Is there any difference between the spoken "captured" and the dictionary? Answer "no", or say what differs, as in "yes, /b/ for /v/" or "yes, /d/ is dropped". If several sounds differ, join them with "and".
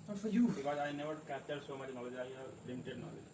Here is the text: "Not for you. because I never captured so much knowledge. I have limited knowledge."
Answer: yes, /p/ is dropped